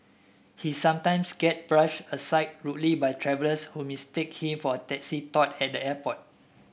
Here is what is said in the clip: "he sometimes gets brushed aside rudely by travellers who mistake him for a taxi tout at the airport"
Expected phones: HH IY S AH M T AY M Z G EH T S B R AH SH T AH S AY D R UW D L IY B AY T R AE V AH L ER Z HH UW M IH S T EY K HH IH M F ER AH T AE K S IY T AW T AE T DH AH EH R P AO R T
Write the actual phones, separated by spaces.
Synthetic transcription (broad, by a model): HH IY S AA M T AY M S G EH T B R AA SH AH S AY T R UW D L IY B AY T R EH V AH L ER S HH UW M IH S T EY K HH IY M F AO AH T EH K S IY T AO T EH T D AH EH P AO T